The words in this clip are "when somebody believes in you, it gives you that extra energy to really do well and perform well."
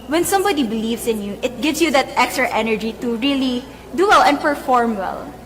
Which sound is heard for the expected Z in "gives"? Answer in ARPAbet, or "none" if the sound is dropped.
S